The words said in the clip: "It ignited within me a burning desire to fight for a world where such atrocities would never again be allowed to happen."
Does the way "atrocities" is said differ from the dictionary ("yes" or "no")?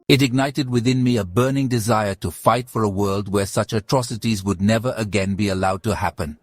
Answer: no